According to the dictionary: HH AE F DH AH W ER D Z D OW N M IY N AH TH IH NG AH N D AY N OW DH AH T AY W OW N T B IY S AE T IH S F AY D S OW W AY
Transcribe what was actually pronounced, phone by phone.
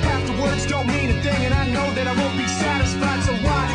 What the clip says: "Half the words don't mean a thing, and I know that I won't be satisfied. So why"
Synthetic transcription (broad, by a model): AE F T AH W ER D Z D OW N M IY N AH TH IH NG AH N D AY N OW DH AH T AY W OW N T B IY S AE T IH S F AY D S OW W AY